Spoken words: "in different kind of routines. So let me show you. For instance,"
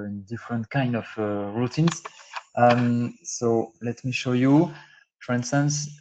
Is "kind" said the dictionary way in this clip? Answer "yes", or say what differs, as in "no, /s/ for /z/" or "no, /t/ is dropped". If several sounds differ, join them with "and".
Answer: yes